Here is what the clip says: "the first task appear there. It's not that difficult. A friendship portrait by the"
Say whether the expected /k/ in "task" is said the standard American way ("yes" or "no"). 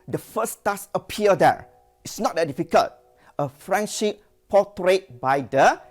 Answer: no